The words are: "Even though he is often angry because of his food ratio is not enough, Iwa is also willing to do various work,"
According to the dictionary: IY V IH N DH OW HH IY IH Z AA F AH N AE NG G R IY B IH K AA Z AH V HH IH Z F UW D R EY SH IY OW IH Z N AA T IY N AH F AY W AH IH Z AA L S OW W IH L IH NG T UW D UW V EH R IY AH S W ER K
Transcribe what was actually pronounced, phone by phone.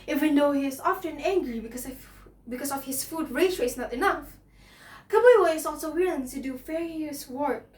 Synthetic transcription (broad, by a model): IY V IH N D OW HH IY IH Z AA F AH N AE NG G R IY B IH K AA S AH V HH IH S F UW D R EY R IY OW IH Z N AA T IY N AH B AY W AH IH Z AA L S OW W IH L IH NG T UW D UW F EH R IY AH S W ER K